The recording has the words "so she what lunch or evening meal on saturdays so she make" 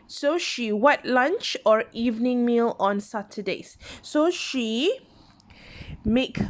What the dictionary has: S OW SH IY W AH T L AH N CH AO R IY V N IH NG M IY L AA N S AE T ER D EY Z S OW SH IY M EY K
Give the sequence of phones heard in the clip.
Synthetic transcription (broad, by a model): S OW SH IY W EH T L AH N CH AO R IY V N IH NG M IY L AA N S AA T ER D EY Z S OW SH IY M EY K